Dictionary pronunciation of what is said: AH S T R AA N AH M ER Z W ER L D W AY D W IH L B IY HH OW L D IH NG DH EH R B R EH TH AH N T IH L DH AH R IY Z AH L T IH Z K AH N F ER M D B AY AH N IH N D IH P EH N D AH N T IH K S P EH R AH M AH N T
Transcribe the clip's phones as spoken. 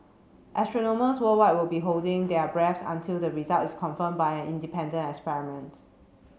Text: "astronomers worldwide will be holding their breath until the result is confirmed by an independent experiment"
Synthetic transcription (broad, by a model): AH S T R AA N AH M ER S W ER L W AY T W IH L B IY HH OW L D IH NG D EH B R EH S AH N T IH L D AH R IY Z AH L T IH S K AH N F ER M B AY AH N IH N D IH P EH N D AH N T IH K S P EH R AH M AH N T